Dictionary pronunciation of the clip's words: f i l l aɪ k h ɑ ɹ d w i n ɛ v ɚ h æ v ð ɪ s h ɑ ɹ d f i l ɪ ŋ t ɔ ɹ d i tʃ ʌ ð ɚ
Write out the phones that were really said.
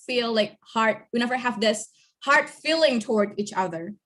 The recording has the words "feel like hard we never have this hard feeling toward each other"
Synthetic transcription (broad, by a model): f i l l aɪ k h ɑ ɹ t w i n ɛ v ɚ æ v ð ɪ s h ɑ ɹ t f i l ɪ ŋ t ɔ ɹ d i tʃ ʌ ð ɚ